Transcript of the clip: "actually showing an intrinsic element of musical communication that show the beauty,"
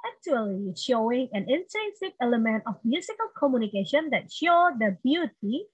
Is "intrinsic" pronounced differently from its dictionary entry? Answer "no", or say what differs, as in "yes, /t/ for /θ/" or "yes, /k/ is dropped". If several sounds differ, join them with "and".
yes, /ɹ/ is dropped